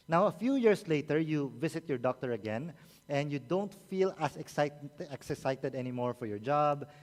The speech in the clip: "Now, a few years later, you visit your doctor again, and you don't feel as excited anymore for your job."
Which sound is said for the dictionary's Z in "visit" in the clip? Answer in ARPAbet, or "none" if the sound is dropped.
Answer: S